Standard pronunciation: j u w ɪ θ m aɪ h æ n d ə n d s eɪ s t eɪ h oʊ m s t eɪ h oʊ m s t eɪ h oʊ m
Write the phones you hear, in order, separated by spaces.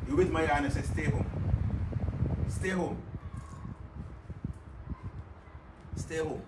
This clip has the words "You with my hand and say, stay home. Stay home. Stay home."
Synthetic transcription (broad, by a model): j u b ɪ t m aɪ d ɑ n ə s eɪ s t eɪ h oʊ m s t eɪ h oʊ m s t eɪ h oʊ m